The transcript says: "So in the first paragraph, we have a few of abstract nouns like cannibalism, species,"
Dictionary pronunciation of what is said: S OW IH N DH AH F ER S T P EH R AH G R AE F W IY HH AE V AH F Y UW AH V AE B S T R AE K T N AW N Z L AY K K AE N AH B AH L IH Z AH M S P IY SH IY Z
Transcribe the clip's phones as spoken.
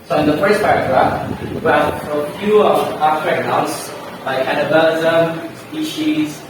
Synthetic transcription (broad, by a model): S OW IH N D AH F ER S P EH R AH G R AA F W IY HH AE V AH F Y UW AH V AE S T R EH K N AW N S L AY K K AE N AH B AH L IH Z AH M S P IY SH IY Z